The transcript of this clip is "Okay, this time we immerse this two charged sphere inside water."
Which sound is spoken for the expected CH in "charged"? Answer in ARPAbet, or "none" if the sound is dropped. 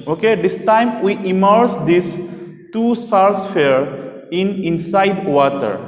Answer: S